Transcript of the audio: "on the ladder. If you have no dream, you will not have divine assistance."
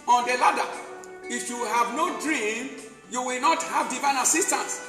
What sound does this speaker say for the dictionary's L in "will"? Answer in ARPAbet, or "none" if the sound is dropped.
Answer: L